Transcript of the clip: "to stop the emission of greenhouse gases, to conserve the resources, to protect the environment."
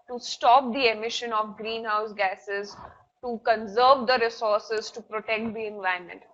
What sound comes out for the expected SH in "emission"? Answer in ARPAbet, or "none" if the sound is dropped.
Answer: SH